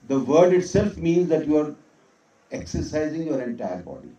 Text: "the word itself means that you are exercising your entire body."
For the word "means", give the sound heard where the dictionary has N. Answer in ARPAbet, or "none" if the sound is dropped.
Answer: N